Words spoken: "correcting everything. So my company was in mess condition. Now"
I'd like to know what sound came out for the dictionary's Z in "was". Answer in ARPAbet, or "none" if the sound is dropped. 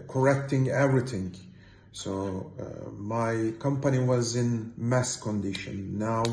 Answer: Z